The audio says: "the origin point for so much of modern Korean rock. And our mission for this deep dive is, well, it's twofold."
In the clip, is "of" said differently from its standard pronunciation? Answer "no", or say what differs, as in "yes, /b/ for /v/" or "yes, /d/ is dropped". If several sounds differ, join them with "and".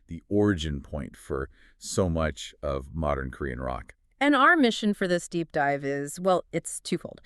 no